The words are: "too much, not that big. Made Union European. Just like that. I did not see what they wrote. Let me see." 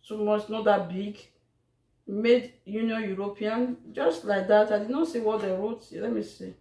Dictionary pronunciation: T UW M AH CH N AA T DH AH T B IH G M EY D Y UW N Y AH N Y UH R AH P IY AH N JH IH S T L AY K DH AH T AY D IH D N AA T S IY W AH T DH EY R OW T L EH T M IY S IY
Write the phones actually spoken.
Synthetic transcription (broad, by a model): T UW M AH S N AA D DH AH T B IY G M EY D Y UW N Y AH N Y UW R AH P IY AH N JH IH S T L AY K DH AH T AY D IH D N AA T S IY W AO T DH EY R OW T L EH T M IY S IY